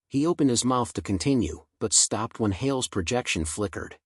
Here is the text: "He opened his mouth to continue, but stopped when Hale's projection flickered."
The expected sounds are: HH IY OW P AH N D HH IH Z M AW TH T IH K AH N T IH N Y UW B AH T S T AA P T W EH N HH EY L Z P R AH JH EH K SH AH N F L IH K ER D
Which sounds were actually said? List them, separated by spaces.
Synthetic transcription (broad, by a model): HH IY OW P AH N D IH Z M AW TH T IH K AH N T IH N Y UW B AH T S T AA P T W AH N HH EY L Z P R AH JH EH K SH AH N F L IH K ER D